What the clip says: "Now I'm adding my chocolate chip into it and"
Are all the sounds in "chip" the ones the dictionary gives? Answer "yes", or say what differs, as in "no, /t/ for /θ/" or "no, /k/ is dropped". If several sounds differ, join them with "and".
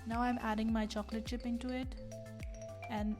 no, /ʃ/ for /tʃ/